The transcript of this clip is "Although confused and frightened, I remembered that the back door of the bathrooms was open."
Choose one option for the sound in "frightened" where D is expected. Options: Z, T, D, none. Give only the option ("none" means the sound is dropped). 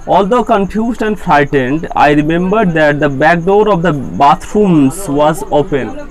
D